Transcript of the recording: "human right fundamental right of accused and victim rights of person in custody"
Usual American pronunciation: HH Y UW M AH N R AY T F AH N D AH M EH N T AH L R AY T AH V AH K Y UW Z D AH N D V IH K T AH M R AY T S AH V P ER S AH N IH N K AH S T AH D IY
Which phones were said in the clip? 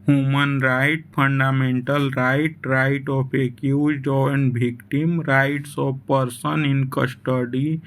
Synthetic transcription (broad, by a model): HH Y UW M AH N R AY T P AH N D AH M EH N T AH L R AY T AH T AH K Y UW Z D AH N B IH K T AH M R AY T S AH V P ER S AH N IH N K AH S T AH D IY